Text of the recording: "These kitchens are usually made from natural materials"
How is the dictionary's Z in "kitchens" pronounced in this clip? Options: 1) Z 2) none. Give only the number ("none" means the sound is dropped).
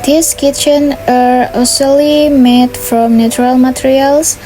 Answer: 2